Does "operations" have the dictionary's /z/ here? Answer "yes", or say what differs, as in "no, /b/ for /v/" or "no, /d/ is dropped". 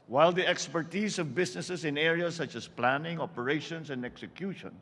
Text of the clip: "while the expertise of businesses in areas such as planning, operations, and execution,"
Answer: no, /s/ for /z/